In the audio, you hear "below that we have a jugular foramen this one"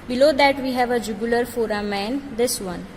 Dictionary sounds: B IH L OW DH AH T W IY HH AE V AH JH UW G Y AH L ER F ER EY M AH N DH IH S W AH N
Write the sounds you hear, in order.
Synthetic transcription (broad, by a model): B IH L OW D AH T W IY HH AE V AH JH UW G Y AH L ER F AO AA M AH N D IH S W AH N